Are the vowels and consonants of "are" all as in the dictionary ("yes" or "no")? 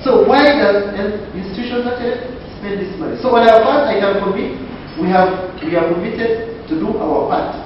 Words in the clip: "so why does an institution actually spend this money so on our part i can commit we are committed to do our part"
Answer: no